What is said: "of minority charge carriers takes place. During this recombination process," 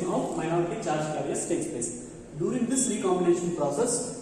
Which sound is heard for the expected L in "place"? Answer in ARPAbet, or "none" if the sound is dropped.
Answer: none